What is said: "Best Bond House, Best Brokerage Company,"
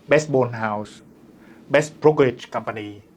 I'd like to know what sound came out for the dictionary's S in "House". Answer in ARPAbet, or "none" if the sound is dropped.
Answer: S